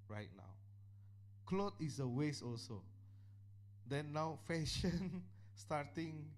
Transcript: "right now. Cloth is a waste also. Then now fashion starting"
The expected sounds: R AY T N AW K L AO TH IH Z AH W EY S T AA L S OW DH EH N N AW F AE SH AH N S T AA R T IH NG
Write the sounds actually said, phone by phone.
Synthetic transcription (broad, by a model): R AY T N AW K L AO T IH S AH W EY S AA L S OW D EH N N AW F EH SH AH N S T AA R T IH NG